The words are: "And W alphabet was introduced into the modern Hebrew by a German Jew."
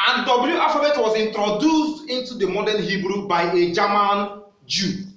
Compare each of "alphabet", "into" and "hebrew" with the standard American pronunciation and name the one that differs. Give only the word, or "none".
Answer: alphabet